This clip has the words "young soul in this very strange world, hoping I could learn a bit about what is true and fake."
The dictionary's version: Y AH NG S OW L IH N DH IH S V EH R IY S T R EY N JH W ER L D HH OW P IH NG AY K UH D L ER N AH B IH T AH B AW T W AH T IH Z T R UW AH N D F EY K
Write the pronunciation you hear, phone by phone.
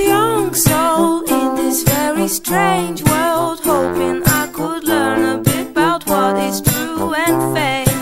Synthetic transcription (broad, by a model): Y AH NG S OW L IH N DH IH S V EH R IY S T R EY N JH W ER L D HH OW P IH NG AY K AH D L ER N AH B IH T AH B AW T W AH T IH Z T R UW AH N F EY